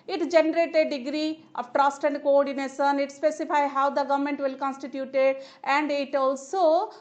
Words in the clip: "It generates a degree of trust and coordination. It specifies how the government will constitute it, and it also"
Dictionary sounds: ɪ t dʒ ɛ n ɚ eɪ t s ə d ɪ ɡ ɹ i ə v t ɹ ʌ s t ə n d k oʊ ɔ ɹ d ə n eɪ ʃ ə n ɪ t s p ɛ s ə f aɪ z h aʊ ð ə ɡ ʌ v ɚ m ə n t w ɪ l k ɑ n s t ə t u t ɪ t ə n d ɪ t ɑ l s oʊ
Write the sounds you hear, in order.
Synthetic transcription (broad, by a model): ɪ t dʒ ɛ n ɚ eɪ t ə d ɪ ɡ ɹ i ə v t ɹ ʌ s t ə n d k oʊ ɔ ɹ d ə n eɪ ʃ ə n ɪ t s p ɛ s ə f aɪ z h aʊ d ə ɡ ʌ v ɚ m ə n t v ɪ l k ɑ n s t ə t u t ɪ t ə n d ɪ t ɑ l s oʊ